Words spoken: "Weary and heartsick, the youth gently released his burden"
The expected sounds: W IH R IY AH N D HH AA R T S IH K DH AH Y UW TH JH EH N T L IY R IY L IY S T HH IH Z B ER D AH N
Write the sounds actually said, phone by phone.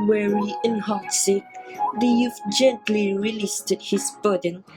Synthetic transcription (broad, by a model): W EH R IY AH N HH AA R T S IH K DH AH Y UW F JH EH N T L IY R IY L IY S T HH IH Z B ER D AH N